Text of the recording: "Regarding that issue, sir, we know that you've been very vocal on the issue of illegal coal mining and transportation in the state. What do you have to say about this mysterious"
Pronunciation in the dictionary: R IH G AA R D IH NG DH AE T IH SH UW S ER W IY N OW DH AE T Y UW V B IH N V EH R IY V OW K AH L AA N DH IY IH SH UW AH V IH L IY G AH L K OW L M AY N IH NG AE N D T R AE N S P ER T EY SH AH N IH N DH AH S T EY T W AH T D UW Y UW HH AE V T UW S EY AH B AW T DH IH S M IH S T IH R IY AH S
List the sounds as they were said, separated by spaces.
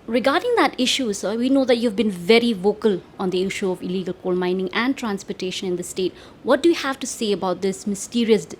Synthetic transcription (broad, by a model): R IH G AA R D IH NG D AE T IH SH UW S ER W IY N OW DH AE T Y UW V B IH N V EH R IY V OW K AH L AA N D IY IH SH UW AH V IH L IY G AH L K OW L M AY N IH NG AE N D T R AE N S P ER T EY SH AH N IH N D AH S T EY T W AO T D UW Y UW HH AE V T UW S EY AH B AW T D IH S M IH S T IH R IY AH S